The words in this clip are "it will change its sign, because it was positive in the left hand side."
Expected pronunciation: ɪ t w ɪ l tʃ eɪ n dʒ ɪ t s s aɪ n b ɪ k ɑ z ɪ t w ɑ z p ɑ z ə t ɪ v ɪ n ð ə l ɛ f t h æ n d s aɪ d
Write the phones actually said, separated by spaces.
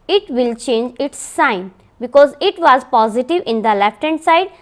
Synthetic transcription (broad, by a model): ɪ t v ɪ l tʃ eɪ n dʒ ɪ t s s aɪ n b ɪ k ɑ z ɪ t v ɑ z p ɑ z ə t ɪ v ɪ n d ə l ɛ f t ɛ n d s aɪ d